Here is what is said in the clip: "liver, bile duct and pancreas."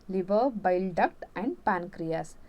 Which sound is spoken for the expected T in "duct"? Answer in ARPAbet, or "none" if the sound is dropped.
T